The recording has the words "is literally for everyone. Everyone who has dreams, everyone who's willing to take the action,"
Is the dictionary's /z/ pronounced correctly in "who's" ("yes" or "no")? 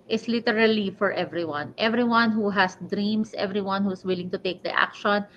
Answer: no